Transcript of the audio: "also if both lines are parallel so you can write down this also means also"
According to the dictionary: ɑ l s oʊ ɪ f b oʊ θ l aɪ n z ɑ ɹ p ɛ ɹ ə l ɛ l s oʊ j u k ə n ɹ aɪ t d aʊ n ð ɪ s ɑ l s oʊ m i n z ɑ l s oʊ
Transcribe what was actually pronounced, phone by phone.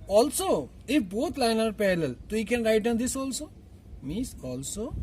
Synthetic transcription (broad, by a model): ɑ l s oʊ ɪ f b oʊ t l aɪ n ɑ ɹ p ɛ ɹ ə l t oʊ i k ə n ɹ aɪ t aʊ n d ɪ s ɑ l s oʊ m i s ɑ l s oʊ